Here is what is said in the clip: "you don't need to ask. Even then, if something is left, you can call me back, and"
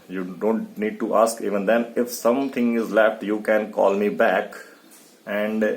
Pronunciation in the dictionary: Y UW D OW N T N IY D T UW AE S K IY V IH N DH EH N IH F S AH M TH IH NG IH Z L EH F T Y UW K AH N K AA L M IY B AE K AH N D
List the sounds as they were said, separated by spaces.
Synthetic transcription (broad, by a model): Y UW D OW N T N IY D T UW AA S K IY V IH N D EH N IH F S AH M T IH NG IH Z L EH F T Y UW K AH N K AA L M IY B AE K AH N D